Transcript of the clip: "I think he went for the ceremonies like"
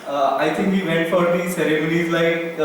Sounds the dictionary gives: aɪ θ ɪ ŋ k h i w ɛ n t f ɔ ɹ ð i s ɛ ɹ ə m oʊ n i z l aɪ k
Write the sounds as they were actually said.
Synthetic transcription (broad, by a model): aɪ t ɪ ŋ k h i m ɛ t f ɔ ɹ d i s ɛ ɹ ə m oʊ n i z l aɪ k